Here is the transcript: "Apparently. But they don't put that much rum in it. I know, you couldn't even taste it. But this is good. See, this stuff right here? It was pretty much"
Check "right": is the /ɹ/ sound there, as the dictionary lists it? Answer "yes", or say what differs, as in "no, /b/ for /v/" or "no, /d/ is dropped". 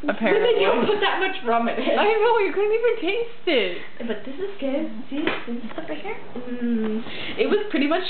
no, /l/ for /ɹ/